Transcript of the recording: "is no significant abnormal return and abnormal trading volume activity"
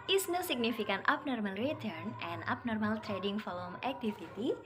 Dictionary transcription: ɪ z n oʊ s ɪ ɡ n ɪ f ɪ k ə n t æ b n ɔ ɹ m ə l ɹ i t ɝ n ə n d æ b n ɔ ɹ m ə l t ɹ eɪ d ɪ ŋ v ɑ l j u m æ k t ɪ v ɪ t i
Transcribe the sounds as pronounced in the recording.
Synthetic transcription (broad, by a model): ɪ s n oʊ s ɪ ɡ n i f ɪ k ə n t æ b n ɔ ɹ m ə l ɹ i t ɝ n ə n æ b n ɔ ɹ m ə l t ɹ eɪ d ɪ ŋ f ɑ l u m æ k t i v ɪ t i